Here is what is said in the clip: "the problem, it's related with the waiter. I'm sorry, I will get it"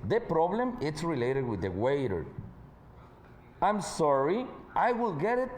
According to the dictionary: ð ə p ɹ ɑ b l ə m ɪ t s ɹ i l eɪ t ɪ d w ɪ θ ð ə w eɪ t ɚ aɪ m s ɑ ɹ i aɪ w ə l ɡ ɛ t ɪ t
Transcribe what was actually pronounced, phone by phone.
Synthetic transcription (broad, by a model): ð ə p ɹ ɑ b l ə m ɪ t s ɹ i l eɪ t ɪ d w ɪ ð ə w eɪ t ɚ aɪ m s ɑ ɹ i aɪ w ə l ɡ ɛ t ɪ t